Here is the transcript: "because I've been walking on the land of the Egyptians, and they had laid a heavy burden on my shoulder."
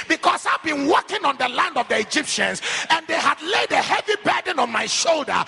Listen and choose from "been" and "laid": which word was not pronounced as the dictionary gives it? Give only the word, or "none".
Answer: none